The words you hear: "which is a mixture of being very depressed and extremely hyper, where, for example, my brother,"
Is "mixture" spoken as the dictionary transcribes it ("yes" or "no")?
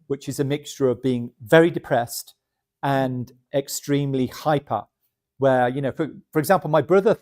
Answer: yes